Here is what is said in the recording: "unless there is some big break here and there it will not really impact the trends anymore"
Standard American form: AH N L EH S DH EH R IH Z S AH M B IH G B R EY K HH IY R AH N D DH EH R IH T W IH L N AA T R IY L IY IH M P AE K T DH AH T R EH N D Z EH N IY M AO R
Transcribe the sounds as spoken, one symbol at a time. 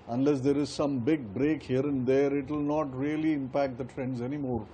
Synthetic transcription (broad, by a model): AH N L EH S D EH R IH Z S AH M B IH G B R EY K HH IY R AH N D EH R IH T W IH L N AA T R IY L IY IH M P AE K T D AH T R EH N D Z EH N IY M AO R